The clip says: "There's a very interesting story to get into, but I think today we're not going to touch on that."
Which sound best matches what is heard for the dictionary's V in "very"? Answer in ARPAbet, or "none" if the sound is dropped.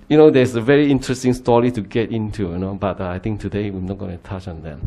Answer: V